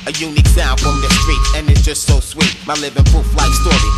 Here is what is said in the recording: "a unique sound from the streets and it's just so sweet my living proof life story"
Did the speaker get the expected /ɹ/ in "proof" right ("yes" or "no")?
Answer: no